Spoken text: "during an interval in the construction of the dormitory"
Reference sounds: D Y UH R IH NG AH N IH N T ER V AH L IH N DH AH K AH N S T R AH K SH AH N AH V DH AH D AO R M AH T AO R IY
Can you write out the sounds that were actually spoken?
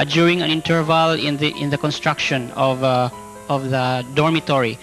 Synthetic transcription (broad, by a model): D Y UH R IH NG AH N IH N T ER V AH L IH N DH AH K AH N S T R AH K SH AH N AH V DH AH D AO R M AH T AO R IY